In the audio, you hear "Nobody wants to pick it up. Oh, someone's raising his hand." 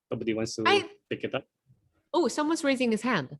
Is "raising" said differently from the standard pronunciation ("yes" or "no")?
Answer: no